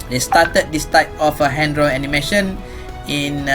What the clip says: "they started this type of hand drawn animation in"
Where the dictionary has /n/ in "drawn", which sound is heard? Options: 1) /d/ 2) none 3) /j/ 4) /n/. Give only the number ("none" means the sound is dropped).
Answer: 2